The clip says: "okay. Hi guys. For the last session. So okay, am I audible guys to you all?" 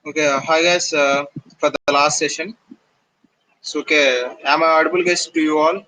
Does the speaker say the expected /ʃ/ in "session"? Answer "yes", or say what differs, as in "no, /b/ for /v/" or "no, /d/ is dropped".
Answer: yes